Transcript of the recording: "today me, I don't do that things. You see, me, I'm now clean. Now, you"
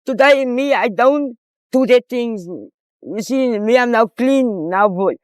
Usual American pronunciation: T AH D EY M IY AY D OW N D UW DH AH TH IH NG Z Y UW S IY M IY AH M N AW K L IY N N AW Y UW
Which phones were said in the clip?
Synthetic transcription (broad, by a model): T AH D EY M IY AY D OW N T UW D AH T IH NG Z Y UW S IY M IY AH M N AW K L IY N N AW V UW